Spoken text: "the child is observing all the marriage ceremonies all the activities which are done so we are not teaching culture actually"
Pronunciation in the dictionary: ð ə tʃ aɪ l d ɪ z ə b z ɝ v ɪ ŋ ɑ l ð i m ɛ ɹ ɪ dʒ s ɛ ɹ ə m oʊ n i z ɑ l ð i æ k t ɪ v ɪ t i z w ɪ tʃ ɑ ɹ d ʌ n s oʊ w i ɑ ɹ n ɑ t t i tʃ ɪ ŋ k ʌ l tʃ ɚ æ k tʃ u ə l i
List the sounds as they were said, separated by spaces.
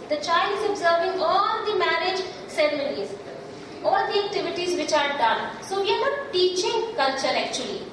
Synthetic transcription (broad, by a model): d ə tʃ aɪ l d ɪ z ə b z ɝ v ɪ ŋ ɑ l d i m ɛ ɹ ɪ dʒ s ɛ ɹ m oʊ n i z ɑ l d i æ k t ɪ v ɪ t i z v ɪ tʃ ɑ ɹ d ʌ n s oʊ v i ɑ ɹ n ɑ t t i tʃ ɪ ŋ k ʌ l tʃ ɚ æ k tʃ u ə l i